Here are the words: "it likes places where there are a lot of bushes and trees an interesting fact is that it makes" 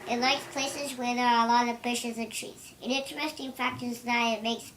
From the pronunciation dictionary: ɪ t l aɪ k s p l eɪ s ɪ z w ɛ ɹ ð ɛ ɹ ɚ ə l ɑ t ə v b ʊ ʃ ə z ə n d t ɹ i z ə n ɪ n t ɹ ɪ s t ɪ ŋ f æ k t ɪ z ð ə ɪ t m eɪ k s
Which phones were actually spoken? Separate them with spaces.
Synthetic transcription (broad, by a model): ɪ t l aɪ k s p l eɪ s ɪ z w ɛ ɹ ð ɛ ɹ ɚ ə l ɑ t ə v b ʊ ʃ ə z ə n t ɹ i z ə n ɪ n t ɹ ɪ s t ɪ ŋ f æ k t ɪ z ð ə ɪ t m eɪ k s